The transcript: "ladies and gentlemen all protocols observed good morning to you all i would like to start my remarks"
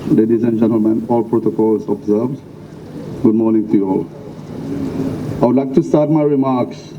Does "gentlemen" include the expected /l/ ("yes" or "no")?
yes